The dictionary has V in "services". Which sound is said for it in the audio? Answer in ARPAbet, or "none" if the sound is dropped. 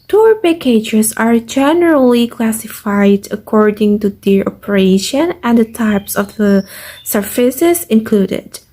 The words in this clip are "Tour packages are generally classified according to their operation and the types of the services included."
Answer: F